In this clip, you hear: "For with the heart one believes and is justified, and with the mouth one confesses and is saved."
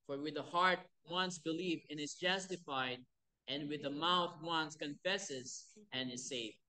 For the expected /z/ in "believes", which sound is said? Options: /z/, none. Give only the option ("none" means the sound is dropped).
none